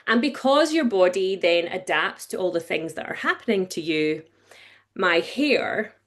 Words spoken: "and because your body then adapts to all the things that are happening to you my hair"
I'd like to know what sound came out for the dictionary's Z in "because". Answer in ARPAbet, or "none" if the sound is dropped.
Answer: Z